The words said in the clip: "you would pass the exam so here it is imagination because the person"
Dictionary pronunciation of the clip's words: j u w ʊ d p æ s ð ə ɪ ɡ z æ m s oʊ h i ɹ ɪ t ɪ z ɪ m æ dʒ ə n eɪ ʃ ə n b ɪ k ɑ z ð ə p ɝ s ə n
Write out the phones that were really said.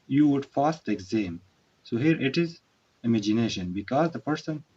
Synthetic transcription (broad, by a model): j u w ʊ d f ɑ s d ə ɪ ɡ z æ m s oʊ h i ɹ ɪ t ɪ z ɪ m æ dʒ ə n eɪ ʃ ə n b ɪ k ɑ z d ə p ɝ s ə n